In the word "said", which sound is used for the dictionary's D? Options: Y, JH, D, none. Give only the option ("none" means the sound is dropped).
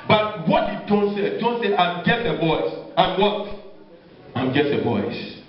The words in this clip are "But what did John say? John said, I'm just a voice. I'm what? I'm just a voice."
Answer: none